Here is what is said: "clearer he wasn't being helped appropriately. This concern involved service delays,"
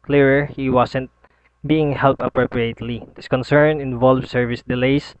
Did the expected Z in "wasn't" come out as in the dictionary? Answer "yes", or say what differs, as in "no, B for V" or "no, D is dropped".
no, S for Z